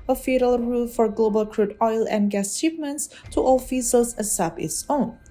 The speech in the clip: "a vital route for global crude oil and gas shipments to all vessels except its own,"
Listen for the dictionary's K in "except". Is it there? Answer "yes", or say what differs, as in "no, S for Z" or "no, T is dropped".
no, K is dropped